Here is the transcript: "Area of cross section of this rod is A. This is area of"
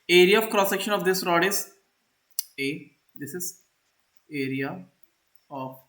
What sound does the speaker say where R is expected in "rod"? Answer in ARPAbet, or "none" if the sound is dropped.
R